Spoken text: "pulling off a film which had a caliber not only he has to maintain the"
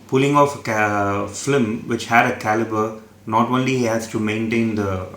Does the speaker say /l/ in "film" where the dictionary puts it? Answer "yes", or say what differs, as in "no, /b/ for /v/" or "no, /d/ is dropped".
no, /l/ is dropped